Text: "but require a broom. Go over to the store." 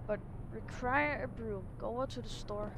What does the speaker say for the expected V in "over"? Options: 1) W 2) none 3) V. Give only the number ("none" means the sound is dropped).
2